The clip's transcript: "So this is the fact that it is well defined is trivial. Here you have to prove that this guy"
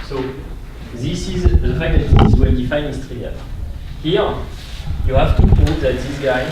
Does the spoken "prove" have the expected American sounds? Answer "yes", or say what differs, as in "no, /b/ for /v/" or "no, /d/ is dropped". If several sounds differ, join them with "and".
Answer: no, /ɹ/ is dropped